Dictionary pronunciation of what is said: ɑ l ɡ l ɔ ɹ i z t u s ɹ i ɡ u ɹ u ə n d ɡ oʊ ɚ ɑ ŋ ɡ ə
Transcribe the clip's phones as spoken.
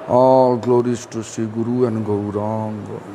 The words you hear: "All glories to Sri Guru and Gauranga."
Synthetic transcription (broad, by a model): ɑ ɡ l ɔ ɹ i s t u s i ɡ u ɹ u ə n ɡ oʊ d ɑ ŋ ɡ